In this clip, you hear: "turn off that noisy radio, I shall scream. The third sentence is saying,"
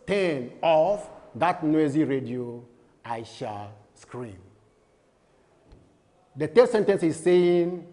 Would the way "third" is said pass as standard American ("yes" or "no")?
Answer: no